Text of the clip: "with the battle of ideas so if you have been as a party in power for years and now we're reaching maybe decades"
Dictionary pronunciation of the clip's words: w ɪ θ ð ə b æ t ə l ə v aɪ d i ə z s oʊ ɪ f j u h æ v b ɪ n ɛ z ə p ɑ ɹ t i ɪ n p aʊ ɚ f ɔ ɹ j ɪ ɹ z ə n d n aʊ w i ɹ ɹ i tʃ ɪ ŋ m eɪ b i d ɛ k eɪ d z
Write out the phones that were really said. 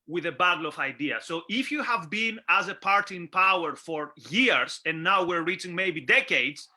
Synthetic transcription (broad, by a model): w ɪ ð ə b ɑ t l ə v aɪ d i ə s oʊ ɪ f j u h æ v b ɪ n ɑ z ə p ɑ ɹ t i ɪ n p aʊ ɚ f ɔ ɹ j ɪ ɹ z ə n n aʊ w i ɹ ɹ i tʃ ɪ ŋ m eɪ b i d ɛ k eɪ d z